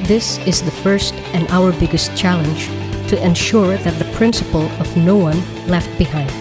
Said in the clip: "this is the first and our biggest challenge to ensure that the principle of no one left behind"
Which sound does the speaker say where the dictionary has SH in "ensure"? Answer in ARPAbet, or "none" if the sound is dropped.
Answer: SH